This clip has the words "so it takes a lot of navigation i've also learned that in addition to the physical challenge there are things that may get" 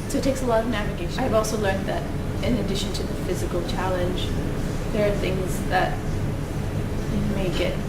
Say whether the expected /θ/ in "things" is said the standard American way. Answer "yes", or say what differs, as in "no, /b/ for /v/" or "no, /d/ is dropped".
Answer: yes